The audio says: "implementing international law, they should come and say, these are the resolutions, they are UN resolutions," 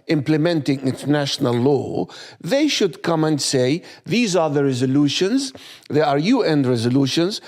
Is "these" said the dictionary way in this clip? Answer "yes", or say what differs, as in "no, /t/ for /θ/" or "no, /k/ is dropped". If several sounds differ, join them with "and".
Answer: yes